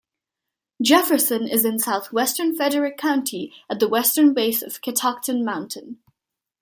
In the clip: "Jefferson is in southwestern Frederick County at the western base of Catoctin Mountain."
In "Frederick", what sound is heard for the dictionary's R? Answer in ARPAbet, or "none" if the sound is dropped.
none